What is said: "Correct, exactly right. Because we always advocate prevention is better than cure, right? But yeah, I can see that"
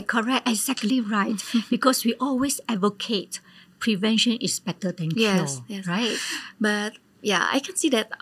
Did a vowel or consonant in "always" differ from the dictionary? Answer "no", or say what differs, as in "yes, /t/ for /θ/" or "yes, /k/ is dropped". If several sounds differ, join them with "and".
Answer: yes, /s/ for /z/